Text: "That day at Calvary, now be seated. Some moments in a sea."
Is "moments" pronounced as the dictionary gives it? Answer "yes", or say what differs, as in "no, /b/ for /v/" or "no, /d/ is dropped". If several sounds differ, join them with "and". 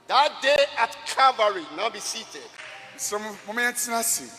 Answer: no, /s/ is dropped